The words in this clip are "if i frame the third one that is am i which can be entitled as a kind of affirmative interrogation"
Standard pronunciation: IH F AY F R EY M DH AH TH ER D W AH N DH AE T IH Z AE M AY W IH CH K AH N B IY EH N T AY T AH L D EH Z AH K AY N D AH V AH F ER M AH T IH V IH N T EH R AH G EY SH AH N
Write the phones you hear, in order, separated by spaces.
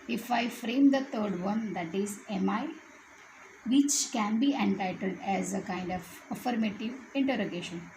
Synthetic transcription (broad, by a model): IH F AY F R EY M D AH T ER D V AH N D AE T IH Z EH M AY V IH CH K AH N B IY EH N T AY T AH L D EH Z AH K AY N D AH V AH F ER M AH T IH V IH N T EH R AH G EY SH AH N